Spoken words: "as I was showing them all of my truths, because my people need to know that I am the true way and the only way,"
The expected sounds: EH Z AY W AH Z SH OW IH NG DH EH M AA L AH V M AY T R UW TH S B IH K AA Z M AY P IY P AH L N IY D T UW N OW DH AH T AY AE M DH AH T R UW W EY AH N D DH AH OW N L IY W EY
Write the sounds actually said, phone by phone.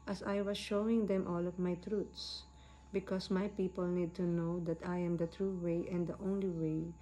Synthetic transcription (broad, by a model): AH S AY W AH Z SH OW IH NG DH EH M AA L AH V M AY T R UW T S B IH K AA S M AY P IY P AH L N IY D T UW N OW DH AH T AY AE M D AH T R UW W EY AH N D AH OW N L IY W EY